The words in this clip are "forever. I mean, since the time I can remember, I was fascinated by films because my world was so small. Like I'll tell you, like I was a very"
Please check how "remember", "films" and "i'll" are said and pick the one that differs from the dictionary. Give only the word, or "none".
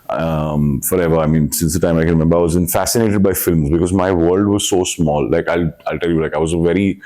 none